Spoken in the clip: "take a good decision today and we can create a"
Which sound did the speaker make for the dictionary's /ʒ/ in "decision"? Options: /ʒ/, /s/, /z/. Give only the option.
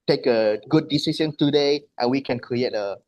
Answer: /s/